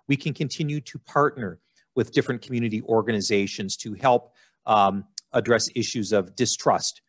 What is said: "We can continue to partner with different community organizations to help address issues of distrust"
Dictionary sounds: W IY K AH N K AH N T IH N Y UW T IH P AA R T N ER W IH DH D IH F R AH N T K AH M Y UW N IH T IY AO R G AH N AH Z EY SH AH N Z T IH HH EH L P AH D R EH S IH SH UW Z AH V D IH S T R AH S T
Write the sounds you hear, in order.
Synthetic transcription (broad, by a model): W IY K AH N K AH N T IH N Y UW T IH P AA R T N ER W IH DH D IH F R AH N K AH M Y UW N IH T IY AO R G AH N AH Z EY SH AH N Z T IH HH EH L P AH D R EH S IH SH UW Z AH V D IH S T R AH S T